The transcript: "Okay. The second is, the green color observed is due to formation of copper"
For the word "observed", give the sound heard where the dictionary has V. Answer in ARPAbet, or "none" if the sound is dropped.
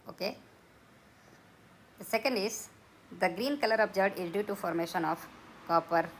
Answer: none